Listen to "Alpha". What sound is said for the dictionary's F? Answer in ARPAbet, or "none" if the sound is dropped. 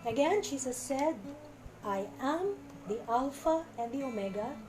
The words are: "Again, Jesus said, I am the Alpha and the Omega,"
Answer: F